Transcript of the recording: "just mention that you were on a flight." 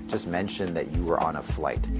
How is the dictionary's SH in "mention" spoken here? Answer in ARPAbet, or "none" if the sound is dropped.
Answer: SH